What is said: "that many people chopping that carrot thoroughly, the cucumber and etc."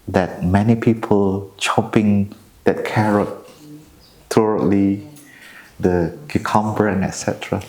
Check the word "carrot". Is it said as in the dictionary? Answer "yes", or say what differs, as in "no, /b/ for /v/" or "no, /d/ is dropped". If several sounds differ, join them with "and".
yes